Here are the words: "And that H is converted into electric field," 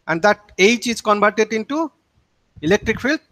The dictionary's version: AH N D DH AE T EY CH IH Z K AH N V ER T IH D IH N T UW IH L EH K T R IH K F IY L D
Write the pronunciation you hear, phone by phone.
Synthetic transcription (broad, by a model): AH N D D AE T EY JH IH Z K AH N B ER T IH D IH N T UW IH L EH K T R IH K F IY L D